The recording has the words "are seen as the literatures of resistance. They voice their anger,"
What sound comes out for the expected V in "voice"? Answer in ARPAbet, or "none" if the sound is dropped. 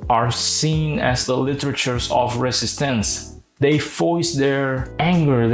F